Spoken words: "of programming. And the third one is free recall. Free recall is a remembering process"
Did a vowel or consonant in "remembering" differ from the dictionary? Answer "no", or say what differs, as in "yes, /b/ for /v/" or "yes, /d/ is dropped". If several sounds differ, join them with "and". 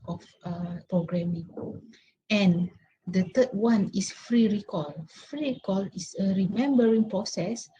no